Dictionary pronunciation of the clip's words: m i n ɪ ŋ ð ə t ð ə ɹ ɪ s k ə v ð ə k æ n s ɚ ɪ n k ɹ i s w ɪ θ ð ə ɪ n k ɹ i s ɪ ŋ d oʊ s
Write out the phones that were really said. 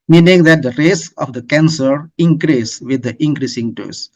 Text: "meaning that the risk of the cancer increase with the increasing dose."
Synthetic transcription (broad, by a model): m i n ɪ ŋ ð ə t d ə ɹ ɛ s ə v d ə k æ n s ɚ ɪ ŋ k ɹ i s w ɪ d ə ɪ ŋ k ɹ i s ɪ ŋ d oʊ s